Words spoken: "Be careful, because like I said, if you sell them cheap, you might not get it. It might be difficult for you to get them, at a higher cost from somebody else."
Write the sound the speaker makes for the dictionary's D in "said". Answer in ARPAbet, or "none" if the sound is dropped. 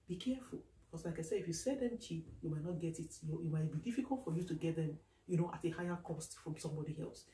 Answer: none